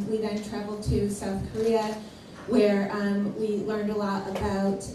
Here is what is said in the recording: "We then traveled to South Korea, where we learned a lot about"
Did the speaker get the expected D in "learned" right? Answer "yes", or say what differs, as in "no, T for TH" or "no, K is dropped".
yes